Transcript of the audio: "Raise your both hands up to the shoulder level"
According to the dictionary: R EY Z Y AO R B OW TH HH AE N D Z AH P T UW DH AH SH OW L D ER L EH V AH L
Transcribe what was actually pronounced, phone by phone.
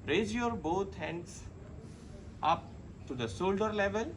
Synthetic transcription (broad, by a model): R EY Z Y AO R B OW T HH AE N D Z AH P T UW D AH S OW L D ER L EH V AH L